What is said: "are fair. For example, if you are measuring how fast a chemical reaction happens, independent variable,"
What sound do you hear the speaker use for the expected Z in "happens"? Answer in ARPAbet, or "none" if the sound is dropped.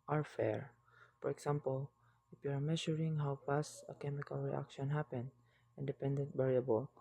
none